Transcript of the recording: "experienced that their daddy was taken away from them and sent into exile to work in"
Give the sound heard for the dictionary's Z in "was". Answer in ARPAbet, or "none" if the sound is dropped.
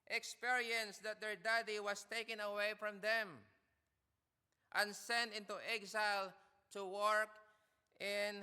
S